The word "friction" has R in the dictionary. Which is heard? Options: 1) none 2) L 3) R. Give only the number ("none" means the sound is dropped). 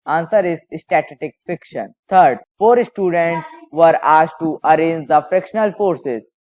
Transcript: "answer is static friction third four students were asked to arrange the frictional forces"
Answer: 1